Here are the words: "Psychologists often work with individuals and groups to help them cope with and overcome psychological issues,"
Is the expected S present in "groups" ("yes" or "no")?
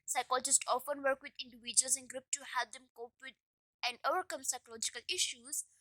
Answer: no